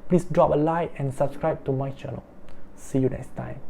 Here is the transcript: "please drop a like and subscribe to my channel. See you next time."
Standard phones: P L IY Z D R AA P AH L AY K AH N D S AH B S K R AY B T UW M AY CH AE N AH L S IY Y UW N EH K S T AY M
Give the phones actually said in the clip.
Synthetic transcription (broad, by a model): P L IY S D R AA P AH L AY AH N S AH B S K R AY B T UW M AY CH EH N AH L S IY Y UW N EH K S T AY M